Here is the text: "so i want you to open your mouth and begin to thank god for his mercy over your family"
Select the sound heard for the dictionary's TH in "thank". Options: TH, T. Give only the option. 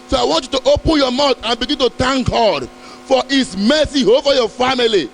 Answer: T